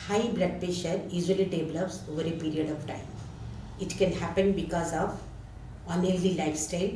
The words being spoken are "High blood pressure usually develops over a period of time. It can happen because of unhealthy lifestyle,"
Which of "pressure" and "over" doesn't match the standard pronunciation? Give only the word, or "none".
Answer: pressure